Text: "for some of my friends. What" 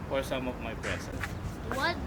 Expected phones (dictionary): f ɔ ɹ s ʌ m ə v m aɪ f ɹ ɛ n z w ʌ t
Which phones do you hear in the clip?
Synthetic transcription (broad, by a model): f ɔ ɹ s ʌ m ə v m aɪ p ɹ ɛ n s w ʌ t